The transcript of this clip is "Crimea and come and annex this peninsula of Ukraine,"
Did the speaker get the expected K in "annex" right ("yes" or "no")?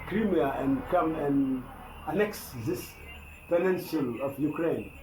yes